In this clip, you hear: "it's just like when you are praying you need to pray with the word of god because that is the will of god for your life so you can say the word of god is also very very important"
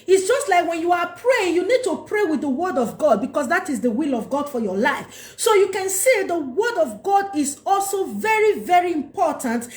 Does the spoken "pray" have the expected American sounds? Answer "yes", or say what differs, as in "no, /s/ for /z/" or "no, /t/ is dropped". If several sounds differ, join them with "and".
yes